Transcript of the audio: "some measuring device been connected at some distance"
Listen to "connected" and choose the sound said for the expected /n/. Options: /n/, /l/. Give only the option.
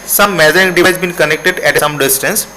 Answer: /n/